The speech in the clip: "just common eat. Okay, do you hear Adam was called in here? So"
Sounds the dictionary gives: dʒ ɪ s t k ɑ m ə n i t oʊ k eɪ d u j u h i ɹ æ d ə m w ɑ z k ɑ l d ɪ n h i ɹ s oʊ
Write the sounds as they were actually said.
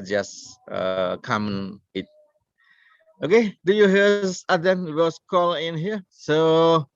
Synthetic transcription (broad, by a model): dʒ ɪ s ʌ k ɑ m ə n i t oʊ k eɪ d u j u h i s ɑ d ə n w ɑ s k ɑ l ɪ n h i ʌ s oʊ